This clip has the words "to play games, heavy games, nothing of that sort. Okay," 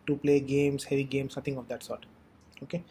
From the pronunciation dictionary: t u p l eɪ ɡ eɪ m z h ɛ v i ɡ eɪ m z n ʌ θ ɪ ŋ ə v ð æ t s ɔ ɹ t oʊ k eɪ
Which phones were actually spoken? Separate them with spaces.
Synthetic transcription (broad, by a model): t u p l eɪ ɡ eɪ m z h ɛ v i ɡ eɪ m s n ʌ t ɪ ŋ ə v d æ t s ɔ ɹ t oʊ k eɪ